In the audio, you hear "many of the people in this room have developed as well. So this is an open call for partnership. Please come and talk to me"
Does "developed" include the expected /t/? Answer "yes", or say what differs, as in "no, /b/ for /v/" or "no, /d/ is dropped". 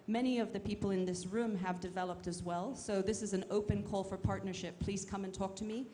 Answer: yes